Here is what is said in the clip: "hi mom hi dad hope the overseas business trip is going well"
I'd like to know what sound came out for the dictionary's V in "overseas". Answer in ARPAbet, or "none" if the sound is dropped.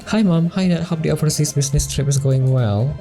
P